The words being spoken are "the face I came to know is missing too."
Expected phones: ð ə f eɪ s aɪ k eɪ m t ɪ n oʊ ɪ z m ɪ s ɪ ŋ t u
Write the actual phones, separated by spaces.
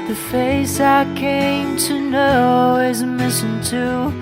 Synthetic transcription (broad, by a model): ð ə f eɪ s aɪ k eɪ m t ɪ n oʊ ɪ z m ɪ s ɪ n t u